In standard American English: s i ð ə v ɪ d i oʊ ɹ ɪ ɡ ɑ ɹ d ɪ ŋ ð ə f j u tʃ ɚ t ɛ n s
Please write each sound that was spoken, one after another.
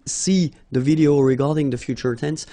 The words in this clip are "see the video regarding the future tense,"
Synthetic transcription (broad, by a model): s i ð ə v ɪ d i oʊ ɹ ɪ ɡ ɑ ɹ d ɪ ŋ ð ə f j u tʃ ɚ t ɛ n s